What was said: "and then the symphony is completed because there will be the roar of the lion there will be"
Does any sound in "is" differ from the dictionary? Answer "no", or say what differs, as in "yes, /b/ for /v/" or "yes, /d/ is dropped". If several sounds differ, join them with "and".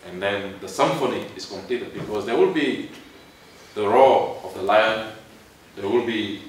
yes, /s/ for /z/